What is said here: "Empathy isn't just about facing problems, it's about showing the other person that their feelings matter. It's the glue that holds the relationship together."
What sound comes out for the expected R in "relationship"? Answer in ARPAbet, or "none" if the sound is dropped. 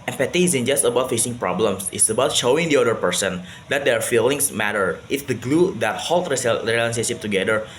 L